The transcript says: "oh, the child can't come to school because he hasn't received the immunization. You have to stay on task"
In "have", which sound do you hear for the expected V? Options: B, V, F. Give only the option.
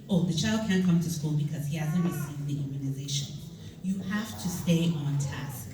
F